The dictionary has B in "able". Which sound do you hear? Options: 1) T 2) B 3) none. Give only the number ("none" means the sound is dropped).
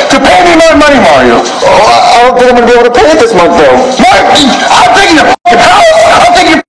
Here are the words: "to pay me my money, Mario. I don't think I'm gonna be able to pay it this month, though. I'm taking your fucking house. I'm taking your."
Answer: 3